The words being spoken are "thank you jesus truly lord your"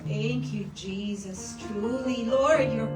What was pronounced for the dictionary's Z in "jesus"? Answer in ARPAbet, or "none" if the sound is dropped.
Z